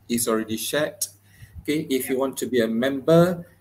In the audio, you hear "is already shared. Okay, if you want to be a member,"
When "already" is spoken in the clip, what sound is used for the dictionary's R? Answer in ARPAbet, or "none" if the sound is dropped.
R